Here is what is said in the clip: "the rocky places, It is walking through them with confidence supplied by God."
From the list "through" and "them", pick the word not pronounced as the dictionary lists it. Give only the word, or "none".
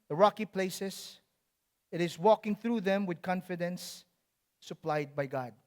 none